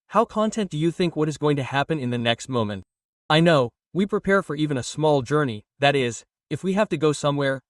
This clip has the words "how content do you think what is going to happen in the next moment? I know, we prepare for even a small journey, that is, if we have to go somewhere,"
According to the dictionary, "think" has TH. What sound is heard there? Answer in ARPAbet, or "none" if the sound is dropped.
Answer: TH